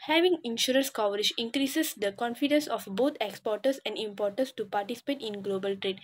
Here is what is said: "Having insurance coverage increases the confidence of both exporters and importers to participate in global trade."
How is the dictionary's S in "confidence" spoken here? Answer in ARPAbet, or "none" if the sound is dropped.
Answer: S